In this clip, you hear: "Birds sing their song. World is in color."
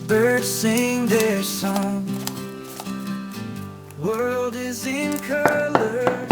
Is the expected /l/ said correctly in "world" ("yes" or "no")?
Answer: yes